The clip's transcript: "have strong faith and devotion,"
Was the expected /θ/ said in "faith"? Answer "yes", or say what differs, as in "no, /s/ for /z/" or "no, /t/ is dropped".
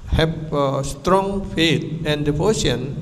no, /t/ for /θ/